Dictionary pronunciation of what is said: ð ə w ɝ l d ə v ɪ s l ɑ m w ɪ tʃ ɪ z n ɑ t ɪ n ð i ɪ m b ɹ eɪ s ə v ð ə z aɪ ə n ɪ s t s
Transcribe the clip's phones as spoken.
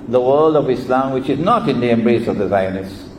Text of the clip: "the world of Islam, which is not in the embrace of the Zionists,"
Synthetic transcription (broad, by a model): ð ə w ɝ l d ə v ɪ s l ɑ m w ɪ tʃ ɪ z n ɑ t ɪ n ð i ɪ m b ɹ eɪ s ə v ð ə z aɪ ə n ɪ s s